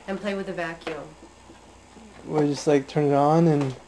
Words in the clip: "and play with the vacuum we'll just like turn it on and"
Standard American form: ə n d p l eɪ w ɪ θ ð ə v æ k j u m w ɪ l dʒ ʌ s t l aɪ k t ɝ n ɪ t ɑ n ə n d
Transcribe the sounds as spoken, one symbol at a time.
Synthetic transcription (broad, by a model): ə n p l eɪ w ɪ ð ə v æ k j u m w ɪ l dʒ ʌ s t l aɪ k t ɝ n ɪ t n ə n